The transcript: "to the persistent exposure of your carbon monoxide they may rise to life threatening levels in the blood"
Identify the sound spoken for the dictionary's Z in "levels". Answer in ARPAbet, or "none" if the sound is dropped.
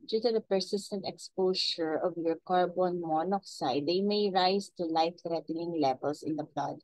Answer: S